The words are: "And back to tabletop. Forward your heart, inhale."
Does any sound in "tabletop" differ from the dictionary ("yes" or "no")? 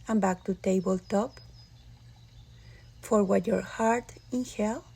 no